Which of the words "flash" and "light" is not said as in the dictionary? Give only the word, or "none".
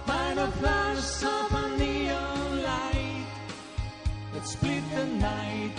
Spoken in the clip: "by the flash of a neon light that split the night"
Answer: flash